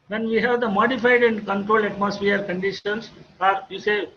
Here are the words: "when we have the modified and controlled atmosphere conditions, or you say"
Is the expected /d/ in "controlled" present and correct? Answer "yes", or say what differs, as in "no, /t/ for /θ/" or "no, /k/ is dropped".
no, /d/ is dropped